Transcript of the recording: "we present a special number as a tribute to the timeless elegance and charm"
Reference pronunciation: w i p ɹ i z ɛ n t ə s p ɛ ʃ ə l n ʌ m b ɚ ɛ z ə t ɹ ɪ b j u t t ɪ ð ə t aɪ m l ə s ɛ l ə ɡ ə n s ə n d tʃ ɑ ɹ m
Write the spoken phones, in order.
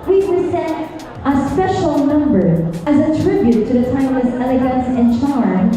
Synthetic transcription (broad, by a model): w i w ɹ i s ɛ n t ə s p ɛ ʃ l n ʌ m b ɚ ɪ z ə t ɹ ɪ b j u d t ɪ ð ə t aɪ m ə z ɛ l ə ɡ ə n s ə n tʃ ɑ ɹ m